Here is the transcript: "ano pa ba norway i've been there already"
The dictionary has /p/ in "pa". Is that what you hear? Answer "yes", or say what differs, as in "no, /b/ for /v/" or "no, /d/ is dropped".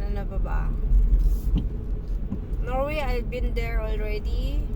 no, /b/ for /p/